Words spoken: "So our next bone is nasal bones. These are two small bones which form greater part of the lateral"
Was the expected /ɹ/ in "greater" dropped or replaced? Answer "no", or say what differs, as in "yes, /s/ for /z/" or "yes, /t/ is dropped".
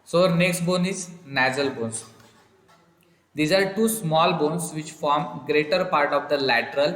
no